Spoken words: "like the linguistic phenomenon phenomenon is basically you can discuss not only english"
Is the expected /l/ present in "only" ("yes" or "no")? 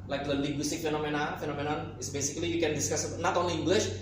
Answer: no